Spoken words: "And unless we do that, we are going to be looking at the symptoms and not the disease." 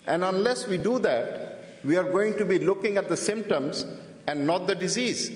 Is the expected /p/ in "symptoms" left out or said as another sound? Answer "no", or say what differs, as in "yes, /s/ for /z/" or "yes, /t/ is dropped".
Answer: no